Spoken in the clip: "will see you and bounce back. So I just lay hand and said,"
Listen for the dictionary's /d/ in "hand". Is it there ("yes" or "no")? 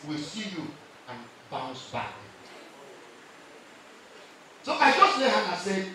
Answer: no